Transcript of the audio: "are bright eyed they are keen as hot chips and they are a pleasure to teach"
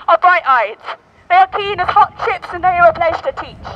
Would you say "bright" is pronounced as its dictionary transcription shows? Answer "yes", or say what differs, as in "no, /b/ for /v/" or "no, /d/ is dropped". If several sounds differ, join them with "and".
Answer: yes